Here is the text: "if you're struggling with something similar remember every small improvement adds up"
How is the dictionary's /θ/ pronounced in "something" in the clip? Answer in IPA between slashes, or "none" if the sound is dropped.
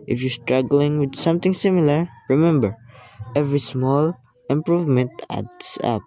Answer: /t/